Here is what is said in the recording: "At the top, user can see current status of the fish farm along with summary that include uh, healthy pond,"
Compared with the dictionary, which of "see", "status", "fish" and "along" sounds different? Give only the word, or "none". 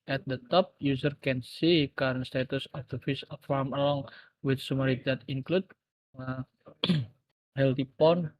fish